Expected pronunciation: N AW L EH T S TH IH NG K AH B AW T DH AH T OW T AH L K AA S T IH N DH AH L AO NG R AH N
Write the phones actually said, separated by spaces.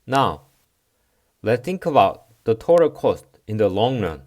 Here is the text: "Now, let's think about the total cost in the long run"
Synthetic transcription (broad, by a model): N AW L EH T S TH IH NG K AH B AW T DH AH T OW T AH K AA S T IH N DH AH L AO NG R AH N